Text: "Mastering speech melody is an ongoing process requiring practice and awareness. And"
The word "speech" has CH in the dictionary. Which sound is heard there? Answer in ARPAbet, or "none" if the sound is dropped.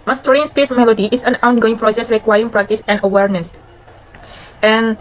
S